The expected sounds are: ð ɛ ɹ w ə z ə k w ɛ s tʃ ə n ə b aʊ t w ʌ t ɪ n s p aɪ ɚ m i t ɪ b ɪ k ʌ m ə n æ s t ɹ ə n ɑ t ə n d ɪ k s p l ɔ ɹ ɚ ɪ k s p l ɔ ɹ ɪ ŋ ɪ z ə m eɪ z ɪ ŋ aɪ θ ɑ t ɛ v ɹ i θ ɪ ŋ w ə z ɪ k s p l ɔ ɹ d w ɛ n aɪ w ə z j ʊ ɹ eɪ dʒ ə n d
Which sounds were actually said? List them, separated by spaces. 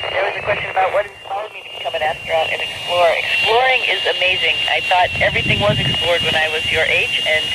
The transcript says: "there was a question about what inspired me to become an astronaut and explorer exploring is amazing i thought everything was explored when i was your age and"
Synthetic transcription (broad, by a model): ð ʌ ɹ w ə z ə k w ɛ s tʃ ə n ə b aʊ t w ʌ t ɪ s f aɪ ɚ m i t ɪ b ɪ k ʌ m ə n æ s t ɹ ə ʊ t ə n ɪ k s p l ɔ ɹ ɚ ɪ k s p l ɔ ɹ ɪ ŋ ɪ z ə m eɪ z ɪ ŋ aɪ θ ɑ t ɛ v ɹ i θ ɪ ŋ w ə z ɪ k s p l ɔ ɹ d w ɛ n aɪ w ə z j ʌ ɹ eɪ dʒ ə n